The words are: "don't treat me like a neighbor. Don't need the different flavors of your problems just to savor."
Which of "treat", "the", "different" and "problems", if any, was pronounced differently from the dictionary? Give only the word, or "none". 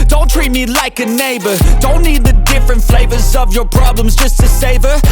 none